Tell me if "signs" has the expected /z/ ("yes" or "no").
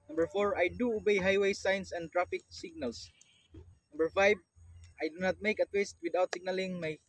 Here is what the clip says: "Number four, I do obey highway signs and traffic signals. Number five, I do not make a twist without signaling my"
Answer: no